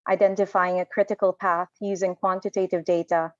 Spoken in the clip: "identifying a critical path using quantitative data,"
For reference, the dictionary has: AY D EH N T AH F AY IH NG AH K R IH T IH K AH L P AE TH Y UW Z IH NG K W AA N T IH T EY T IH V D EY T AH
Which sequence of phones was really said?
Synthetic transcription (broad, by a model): AY D EH N T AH F AY IH NG AH K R IH T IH K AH L P AE TH Y UW Z IH NG K W AA N T IH T EY T IH V D EY T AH